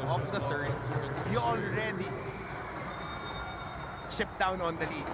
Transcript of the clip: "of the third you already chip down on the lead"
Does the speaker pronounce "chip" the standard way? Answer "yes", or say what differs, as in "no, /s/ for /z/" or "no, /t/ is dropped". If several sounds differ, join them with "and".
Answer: no, /ʃ/ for /tʃ/